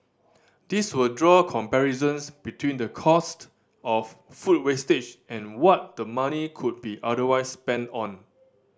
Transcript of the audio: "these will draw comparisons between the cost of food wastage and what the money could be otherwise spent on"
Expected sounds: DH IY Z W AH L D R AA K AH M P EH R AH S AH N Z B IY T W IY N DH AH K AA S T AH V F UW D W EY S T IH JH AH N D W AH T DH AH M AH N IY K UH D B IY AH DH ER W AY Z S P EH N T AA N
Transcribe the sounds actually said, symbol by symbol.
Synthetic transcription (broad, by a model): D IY S W AH L D R AA K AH M P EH R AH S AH N S B IY T W IY N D AH K AA S T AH F F UW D W EY S T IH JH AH N W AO T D AH M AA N IY K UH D B IY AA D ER W AY S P EH N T AA N